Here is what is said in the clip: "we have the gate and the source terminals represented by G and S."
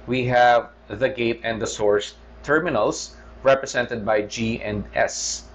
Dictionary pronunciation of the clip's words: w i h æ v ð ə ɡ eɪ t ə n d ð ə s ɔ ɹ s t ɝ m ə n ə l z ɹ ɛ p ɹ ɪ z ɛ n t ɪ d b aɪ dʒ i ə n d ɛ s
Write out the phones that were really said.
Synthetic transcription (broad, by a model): w i h æ v ð ə ɡ eɪ t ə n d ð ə s ɔ ɹ s t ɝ m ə n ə l s ɹ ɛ p ɹ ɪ s ɛ n t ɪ d b aɪ dʒ i ə n d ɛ s